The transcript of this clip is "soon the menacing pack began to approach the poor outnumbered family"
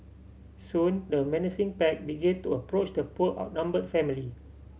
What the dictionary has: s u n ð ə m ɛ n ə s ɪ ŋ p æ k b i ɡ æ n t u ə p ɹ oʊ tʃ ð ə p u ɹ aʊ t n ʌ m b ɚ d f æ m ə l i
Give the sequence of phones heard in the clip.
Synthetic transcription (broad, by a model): s u n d ə m ɛ n ə s ɪ ŋ p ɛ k b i ɡ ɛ n t u ə p ɹ oʊ tʃ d ə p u l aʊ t n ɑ m b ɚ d f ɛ m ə l i